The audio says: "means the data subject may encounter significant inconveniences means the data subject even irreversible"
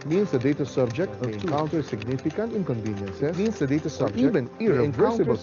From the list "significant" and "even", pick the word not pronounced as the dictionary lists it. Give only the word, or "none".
even